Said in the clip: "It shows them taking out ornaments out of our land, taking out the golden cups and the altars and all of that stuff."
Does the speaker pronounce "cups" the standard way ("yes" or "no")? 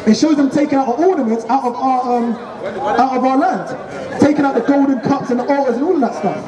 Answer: yes